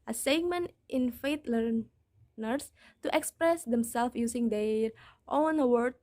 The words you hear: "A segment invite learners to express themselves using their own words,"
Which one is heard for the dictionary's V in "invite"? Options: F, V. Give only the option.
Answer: F